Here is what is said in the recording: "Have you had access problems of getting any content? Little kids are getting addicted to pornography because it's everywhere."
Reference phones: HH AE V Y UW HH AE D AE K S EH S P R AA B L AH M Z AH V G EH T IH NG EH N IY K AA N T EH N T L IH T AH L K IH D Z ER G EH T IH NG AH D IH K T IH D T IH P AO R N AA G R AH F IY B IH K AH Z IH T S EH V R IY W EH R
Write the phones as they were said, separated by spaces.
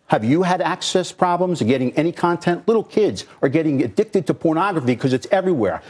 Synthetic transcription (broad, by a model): HH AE V Y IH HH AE D AE K S EH S P R AA B L AH M Z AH G EH T IH NG EH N IY K AA N T EH N T L IH T L K IH D Z ER G EH T IH NG AH D IH K T IH D T IH P AO R N AA G R AH F IY K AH Z IH T S EH V R IY W EH R